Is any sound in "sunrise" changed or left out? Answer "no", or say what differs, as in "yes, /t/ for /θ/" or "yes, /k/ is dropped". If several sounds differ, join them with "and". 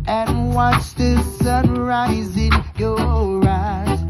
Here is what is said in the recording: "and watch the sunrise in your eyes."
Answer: no